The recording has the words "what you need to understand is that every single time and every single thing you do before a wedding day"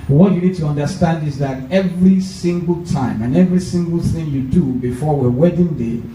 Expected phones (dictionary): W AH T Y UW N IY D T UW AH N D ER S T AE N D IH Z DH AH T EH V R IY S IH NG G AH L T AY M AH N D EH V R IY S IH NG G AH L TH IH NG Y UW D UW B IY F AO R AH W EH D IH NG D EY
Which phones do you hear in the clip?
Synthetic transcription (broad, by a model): W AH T Y UW N IY D T UW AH N D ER S T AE N D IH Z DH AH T EH V R IY S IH NG G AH L T AY M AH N EH V R IY S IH NG G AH L TH IH NG Y UW D UW B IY F AO W AH W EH D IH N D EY